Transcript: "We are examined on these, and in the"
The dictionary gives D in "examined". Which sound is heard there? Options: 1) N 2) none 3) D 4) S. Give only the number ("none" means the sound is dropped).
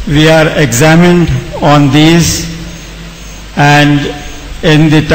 3